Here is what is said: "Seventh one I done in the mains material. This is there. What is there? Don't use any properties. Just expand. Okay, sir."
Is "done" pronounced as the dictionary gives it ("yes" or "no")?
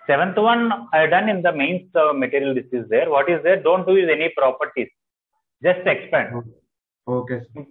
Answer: yes